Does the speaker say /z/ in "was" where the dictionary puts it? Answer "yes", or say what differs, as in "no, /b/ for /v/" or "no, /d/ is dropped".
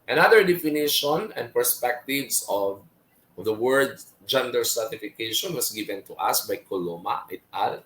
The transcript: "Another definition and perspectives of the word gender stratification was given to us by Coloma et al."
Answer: no, /s/ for /z/